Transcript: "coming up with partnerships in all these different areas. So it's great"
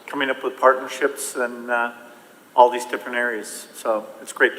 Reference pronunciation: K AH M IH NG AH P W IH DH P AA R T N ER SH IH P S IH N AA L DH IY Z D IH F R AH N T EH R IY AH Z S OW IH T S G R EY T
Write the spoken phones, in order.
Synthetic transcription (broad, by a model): K AH M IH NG AH P W IH DH P AA R T N ER SH IH P S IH N AA L DH IY Z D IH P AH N EH R IY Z S OW IH T S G R EY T